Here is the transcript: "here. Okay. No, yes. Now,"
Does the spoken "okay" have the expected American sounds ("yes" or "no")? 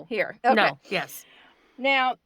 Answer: no